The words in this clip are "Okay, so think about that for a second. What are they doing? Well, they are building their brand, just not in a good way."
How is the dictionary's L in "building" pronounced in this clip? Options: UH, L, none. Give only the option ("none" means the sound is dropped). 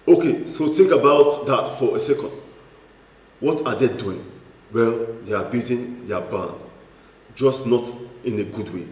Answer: none